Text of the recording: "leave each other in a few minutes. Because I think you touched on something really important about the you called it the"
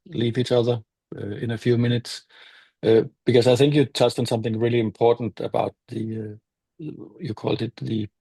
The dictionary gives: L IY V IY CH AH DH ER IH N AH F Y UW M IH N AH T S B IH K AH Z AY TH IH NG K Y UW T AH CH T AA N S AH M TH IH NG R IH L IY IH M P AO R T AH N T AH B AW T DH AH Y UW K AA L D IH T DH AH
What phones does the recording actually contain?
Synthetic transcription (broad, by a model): L IY V IY CH AH DH ER IH N AH F Y UW M IH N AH T S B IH K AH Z AY TH IH NG K Y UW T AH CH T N S AH M TH IH NG R IH L IY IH M P AO R T N T AH B AW T DH AH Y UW K AA L D IH T DH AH